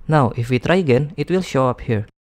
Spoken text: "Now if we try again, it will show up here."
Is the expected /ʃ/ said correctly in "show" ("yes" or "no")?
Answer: yes